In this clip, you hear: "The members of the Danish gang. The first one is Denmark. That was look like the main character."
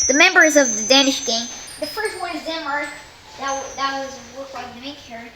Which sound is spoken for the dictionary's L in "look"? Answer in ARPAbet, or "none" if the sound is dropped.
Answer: W